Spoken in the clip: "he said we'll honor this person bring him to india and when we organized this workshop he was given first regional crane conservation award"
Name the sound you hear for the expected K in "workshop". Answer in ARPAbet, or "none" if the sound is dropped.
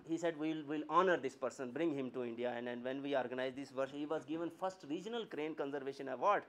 none